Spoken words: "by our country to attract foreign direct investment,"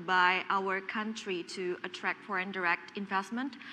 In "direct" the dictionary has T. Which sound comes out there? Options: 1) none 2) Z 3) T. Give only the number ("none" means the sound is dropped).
3